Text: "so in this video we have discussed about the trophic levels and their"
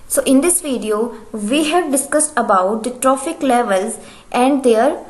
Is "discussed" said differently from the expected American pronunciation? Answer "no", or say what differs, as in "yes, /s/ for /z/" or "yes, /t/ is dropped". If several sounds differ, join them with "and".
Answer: no